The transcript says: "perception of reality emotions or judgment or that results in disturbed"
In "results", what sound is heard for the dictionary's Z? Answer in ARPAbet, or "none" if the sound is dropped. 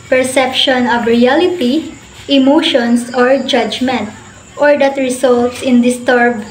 S